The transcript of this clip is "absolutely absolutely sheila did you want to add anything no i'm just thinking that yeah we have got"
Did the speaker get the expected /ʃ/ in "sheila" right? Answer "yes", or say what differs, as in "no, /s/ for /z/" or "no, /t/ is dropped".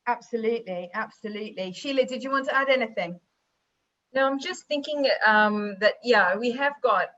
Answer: yes